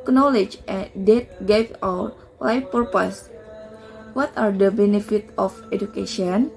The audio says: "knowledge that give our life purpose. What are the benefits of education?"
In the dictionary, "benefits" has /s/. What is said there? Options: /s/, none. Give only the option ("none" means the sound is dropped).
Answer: none